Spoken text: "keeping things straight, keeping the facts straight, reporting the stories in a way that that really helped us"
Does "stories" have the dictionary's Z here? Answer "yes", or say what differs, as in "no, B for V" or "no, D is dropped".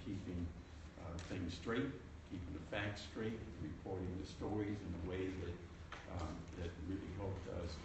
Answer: yes